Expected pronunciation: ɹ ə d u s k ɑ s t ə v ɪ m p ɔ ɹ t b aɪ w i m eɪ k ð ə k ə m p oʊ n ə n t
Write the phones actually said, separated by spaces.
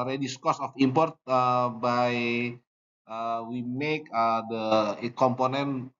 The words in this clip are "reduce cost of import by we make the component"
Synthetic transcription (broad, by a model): ɹ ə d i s k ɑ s ə f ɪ m p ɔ ɹ t b aɪ w i m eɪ k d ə k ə m p oʊ n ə n